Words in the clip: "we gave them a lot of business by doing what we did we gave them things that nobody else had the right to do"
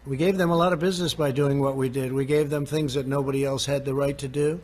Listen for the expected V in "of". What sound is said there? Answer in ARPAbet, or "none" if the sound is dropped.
V